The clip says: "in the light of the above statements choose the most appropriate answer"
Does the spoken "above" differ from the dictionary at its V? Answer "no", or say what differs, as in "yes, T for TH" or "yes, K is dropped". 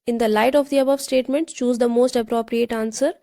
no